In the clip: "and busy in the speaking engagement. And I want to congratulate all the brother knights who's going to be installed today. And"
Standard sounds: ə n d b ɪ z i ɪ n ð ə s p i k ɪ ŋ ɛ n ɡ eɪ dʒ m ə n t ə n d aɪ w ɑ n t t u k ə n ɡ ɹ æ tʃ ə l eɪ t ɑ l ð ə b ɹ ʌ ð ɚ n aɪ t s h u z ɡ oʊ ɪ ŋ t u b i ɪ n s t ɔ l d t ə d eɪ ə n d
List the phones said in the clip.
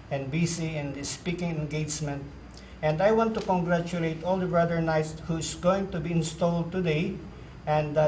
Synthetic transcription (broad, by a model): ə n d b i s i ɪ n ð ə s p i k ɪ ŋ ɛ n ɡ eɪ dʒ m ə n t ə n d aɪ w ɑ n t t u k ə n ɡ ɹ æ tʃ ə l eɪ t ɑ l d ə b ɹ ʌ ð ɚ n aɪ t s h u s ɡ oʊ ɪ ŋ t u b i ɪ n s t ɔ l d t ə d eɪ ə n d